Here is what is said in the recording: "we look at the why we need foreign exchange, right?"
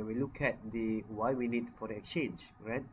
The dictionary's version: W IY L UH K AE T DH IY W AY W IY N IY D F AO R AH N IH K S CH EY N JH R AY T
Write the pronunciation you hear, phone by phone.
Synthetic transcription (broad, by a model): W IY L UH K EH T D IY W AY W IY N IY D F AO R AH IH K S CH EY N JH R AY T